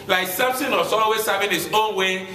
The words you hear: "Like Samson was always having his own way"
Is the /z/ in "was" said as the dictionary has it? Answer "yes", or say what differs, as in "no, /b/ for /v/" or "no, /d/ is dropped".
no, /s/ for /z/